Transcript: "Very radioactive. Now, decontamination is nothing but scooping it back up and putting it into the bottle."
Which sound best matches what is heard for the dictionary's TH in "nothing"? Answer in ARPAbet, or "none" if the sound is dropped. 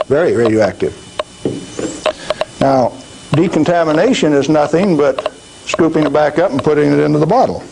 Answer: TH